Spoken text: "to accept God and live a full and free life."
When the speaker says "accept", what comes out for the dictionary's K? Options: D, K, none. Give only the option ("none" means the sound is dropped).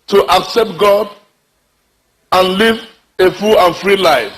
K